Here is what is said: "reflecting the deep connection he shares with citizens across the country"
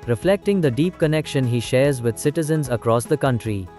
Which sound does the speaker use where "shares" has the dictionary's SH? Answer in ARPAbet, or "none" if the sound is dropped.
SH